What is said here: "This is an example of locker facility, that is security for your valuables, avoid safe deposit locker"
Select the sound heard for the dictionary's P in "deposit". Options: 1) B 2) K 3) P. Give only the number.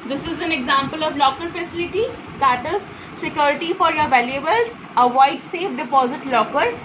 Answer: 3